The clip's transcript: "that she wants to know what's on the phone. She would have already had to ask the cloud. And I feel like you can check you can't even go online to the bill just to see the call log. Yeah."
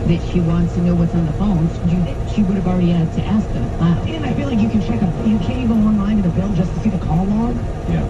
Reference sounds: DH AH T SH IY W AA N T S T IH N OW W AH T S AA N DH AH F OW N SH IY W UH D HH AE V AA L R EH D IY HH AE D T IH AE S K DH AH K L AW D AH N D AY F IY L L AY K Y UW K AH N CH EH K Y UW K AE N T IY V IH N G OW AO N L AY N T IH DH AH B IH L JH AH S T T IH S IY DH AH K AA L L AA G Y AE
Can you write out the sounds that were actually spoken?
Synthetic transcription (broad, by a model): DH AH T SH IY W AA N T S T IH N OW W AH T S N DH AH F OW N SH IY W UH D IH V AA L R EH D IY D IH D T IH AE S K DH AH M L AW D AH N AY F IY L L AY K Y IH K AH N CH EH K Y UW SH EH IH IH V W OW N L AY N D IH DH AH B IH L JH AH S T T IH S IY DH AH K AA L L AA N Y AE